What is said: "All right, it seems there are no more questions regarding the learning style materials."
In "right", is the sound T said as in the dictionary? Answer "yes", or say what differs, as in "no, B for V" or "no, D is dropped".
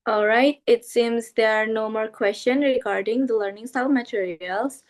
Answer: yes